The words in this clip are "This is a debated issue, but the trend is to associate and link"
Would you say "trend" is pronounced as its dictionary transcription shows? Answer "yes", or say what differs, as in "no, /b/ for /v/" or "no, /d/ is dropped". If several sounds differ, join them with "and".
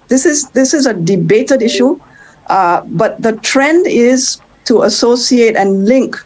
yes